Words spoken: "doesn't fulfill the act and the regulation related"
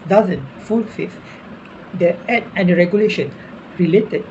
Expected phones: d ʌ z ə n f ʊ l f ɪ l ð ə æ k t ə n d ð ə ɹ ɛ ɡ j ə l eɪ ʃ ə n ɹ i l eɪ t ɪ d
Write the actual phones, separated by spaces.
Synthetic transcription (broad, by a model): d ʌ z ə n f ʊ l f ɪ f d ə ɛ t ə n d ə ɹ ɛ ɡ j ə l eɪ ʃ ə n ɹ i l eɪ t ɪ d